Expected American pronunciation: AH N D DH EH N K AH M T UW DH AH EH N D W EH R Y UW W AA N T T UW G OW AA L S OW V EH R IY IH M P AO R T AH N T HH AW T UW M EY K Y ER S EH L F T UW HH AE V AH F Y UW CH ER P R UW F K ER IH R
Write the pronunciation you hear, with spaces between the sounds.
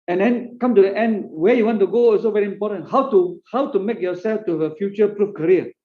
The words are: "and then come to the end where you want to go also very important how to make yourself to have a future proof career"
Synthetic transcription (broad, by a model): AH N D EH N K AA M T UW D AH EH N D W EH Y UW W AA N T T UW G OW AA S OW V EH R IY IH M P AO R T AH N T HH AW T UW M EY K Y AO S EH L F T UW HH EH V AH F Y UW CH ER P R UW F K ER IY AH